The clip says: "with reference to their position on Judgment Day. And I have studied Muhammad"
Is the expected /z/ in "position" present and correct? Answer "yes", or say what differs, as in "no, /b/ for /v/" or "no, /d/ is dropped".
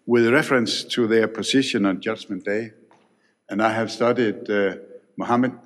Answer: no, /s/ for /z/